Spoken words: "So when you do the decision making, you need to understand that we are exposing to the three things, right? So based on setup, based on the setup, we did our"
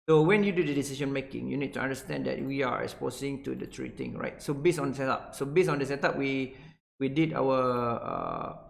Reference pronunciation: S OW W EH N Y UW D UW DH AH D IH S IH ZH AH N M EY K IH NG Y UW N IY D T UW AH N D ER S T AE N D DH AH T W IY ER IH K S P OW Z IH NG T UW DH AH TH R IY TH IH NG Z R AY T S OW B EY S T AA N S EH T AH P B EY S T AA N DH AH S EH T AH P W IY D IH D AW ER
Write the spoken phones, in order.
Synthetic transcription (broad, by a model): S OW W EH N Y UW D UW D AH D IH S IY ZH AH N M EY K IH NG Y UW N IY D T UW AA N D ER S T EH N D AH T W IY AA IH K S P OW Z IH NG T UW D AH T R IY T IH NG R AY T S OW B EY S AA N S EH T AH P B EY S AA N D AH S EH T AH P W IY D IH D AW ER